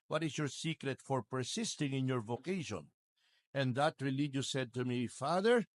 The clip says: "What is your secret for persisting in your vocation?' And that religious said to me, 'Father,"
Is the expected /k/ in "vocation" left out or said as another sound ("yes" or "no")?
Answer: no